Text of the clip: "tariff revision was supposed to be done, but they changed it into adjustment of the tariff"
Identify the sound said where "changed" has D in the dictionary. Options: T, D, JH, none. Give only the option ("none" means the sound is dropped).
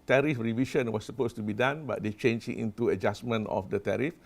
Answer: none